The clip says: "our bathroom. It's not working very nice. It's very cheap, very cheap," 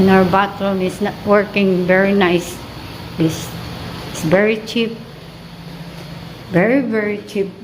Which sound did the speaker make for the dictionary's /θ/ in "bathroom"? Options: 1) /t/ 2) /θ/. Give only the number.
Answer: 1